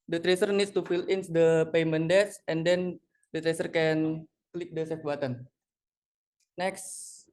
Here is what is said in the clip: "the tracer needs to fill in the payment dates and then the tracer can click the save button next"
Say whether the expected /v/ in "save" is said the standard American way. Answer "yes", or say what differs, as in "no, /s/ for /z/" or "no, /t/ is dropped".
no, /f/ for /v/